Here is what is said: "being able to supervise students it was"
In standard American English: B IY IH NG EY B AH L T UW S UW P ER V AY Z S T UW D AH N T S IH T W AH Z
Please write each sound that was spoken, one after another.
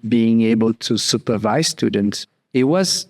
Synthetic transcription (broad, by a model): B IY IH NG EY B AH L T UW S UW P ER V AY Z S T UW D AH N T S IH T W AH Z